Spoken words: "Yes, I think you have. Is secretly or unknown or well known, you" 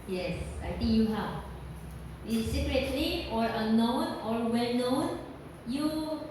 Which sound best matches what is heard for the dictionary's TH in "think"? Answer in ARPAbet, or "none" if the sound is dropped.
T